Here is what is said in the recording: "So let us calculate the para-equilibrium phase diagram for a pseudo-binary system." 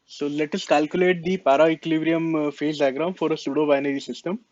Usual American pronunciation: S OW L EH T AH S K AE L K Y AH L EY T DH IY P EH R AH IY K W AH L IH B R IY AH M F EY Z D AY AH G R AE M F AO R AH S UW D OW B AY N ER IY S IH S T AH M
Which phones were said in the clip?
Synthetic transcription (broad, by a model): S OW L EH T AH S K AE L K Y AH L EY T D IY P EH R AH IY K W L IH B R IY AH M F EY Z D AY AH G R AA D F AO R AH S UW D OW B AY N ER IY S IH S T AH M